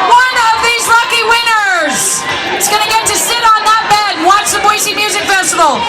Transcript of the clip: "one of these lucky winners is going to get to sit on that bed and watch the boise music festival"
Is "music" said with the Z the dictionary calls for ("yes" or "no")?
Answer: yes